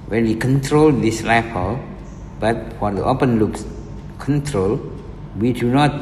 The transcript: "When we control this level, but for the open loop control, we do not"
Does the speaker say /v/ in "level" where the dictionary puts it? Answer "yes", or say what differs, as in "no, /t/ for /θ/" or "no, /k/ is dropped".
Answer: no, /f/ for /v/